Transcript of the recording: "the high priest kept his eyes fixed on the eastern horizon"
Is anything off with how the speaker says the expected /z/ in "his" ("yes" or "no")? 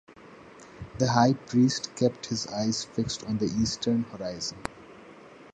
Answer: no